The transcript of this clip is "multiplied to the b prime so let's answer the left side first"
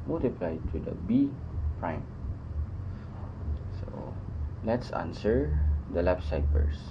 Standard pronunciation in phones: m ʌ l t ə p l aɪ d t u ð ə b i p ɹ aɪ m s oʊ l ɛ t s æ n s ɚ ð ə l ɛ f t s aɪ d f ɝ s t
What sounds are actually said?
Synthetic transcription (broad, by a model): m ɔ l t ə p l aɪ t u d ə b i p ɹ aɪ m s oʊ l ɛ t s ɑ n s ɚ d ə l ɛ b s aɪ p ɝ s